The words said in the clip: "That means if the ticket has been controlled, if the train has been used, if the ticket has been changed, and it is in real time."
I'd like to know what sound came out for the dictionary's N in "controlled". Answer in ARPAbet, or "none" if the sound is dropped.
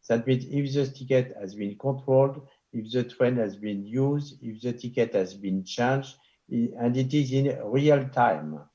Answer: none